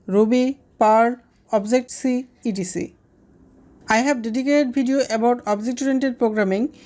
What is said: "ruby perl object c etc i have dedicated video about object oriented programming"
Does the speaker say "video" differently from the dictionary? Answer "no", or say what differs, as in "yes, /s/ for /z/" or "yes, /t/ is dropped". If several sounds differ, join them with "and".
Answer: yes, /b/ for /v/